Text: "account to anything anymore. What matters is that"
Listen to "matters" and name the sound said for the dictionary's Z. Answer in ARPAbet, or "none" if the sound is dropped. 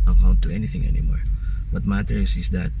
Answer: S